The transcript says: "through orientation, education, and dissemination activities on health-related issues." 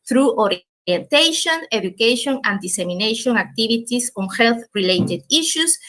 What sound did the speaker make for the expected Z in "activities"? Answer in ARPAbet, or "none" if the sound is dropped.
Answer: S